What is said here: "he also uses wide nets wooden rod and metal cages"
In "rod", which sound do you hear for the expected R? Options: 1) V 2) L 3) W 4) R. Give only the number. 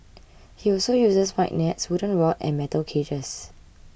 3